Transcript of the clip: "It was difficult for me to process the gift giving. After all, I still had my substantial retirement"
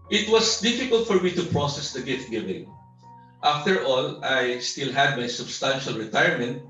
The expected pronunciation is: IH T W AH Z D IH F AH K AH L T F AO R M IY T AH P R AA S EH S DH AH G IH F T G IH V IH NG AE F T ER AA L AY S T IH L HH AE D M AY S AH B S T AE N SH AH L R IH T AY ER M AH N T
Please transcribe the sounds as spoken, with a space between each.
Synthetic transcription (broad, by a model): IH T W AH S D IH F AH K AH L T F AO R M IY T AH P R AA S EH S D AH G IH F T G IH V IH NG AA F T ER AA L AY S T IH L HH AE D M AY S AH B S T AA N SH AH L R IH T AY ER M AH N T